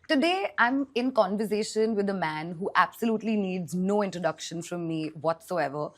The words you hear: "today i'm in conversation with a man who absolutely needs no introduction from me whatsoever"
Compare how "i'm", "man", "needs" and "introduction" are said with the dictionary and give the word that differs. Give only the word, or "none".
none